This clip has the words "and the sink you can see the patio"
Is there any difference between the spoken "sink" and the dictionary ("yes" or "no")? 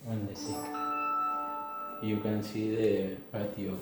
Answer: yes